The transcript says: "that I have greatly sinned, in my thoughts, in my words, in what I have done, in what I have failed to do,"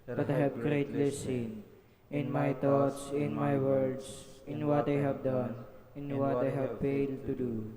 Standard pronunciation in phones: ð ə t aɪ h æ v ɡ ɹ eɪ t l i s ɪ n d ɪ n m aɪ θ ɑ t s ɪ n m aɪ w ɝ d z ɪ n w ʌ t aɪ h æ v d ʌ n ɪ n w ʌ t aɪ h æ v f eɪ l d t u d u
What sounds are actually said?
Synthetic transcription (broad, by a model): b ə t aɪ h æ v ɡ ɹ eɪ t l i s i n ɪ n m aɪ t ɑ t s ɪ n m aɪ w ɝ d s ɪ n w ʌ t aɪ h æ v d ʌ n ɪ n w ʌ t aɪ h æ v f eɪ l d t u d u